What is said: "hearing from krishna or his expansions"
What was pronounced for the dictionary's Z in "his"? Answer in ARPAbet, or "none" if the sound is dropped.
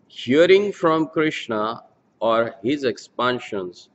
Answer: Z